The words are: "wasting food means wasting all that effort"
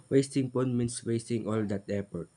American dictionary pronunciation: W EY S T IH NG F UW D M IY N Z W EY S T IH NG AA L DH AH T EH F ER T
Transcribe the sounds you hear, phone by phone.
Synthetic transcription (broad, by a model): W EY S T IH NG P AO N M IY N S W EY S T IH NG AA L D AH T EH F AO T